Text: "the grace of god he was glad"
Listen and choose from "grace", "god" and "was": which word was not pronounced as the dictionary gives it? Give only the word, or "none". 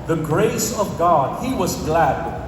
none